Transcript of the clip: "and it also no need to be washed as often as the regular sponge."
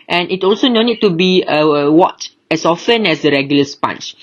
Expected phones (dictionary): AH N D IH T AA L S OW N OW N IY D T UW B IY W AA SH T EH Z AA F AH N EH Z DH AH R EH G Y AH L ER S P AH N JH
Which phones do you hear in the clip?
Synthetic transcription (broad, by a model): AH N IH T AA L S OW N OW N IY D T UW B IY W AA T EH S AA F AH N EH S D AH R EH G Y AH L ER S P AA N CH